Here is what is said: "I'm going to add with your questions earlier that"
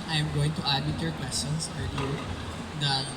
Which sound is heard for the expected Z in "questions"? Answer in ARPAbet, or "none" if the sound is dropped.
S